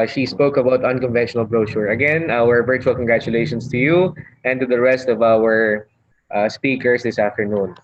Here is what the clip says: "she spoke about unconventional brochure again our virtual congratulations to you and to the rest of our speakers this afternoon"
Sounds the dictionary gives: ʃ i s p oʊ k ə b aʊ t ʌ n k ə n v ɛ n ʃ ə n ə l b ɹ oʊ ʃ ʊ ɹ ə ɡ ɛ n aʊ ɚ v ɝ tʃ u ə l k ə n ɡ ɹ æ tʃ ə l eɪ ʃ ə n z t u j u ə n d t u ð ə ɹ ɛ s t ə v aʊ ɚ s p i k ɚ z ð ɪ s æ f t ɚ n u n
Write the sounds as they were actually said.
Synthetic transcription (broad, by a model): ʃ i s p oʊ k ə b aʊ t ʌ n k ə n v ɛ n ʃ ə n ə l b ɹ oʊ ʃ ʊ ɹ ə ɡ ɛ n aʊ ɚ v ɝ tʃ u ə l k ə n ɡ ɹ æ tʃ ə l eɪ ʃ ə n s t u j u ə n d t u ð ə ɹ ɛ s t ə v aʊ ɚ s p i k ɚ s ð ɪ s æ f t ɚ n u n